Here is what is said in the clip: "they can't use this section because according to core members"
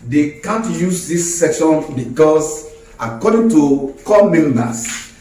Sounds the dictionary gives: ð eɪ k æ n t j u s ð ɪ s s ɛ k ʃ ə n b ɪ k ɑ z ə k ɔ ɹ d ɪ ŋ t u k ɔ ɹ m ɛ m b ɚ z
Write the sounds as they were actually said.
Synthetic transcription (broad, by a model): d eɪ k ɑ n t j u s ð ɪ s s ɛ k ʃ ə n b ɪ k ɑ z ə k ɔ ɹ d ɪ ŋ t u k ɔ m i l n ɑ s